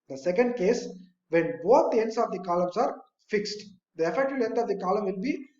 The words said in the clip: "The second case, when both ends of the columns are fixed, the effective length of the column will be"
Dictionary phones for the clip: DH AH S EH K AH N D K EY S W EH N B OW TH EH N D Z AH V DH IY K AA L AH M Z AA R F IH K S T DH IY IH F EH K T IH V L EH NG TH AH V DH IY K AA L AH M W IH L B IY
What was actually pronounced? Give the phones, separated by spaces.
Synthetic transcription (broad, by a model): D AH S EH K AH N D K EY S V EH N B OW T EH N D S AH V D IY K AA L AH M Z AA R F IH K S T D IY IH F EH K T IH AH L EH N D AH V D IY K AA L AH M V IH L B IY